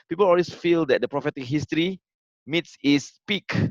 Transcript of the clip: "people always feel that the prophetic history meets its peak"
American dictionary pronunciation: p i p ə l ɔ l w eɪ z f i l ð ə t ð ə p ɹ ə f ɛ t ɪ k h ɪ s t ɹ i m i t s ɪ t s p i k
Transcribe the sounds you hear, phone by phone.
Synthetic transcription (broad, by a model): p i p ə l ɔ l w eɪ s f i l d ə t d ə p ɹ ə f ɛ t ɪ k h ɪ s t ɹ i m i t s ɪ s p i k